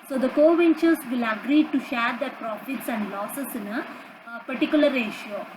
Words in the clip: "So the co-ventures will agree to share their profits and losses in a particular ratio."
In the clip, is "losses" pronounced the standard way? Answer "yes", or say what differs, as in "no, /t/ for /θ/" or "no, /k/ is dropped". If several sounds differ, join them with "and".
no, /s/ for /z/